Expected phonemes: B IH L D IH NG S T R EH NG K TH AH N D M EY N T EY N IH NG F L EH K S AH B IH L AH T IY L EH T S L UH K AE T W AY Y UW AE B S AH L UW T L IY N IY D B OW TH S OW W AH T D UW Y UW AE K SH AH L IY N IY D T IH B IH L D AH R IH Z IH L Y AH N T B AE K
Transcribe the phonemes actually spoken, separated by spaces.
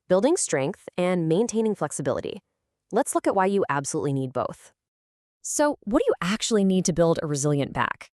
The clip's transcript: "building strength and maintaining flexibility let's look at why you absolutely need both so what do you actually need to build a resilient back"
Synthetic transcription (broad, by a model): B IH L D IH NG S T R EH NG K TH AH N M EY N T EY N IH NG F L EH K S AH B IH L AH T IY L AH T S L UH K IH T W AY Y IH AE B S AH L UW T L IY N IY D B OW TH S OW W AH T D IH Y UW AE K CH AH L IY N IY D T IH B IH L D AH R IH Z IH L Y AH N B AE K